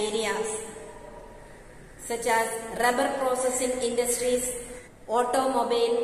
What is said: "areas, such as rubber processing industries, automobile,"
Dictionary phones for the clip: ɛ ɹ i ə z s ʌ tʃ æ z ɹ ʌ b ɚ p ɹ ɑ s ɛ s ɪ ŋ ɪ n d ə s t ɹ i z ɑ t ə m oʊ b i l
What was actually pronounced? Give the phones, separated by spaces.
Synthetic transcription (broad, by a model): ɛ ɹ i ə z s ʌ tʃ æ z ɹ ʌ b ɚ p ɹ ɑ s ɛ s ɪ ŋ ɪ n d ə s t ɹ i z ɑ t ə m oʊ b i l